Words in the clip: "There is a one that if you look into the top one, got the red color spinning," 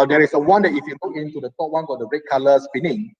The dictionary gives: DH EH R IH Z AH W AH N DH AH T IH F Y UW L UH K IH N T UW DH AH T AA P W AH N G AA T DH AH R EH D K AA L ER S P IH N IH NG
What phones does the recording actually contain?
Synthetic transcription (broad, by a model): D EH R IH S AH W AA N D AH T IH F Y UW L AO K IH N T UW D AH T AA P W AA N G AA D AH R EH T K AA L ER S P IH N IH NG